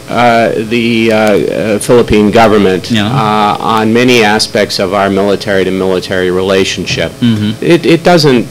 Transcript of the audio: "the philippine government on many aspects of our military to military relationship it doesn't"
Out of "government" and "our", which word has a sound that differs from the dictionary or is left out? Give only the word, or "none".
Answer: none